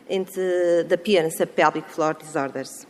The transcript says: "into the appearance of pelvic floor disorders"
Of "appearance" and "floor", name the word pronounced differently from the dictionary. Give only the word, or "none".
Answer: appearance